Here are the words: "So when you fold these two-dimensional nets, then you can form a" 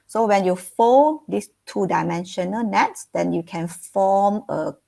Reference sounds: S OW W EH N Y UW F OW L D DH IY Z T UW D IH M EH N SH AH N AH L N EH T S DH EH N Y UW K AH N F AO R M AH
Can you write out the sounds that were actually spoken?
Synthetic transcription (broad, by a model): S OW W EH N Y UW F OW N D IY S T UW D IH M EH N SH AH N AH L N EH T S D EH N Y UW K AH N F AO M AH